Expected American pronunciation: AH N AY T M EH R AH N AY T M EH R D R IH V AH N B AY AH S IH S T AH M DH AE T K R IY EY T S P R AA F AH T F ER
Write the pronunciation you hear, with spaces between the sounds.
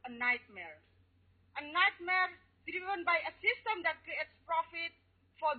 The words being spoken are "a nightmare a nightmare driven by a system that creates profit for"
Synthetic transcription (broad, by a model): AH N AY T M EH R AH N AY T M EH R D R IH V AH N B AY AH S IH S T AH M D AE T K R IY EY T S P R AA F AH T F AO